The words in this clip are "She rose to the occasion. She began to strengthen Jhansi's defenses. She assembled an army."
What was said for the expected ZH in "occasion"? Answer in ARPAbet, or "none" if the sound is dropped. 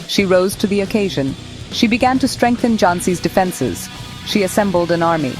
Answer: ZH